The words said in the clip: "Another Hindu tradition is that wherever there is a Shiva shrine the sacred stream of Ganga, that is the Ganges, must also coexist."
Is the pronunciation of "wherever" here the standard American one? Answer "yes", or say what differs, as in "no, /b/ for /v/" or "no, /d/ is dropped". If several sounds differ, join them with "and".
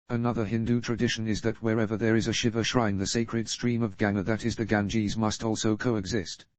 yes